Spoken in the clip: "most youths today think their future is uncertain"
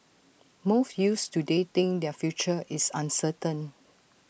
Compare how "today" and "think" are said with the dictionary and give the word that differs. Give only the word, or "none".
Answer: think